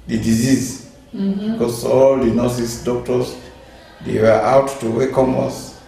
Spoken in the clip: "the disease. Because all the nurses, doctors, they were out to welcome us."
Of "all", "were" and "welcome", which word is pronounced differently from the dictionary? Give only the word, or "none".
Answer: welcome